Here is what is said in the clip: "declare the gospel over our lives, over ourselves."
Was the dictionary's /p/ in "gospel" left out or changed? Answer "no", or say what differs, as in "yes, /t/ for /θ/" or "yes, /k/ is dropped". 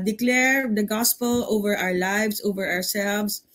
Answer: no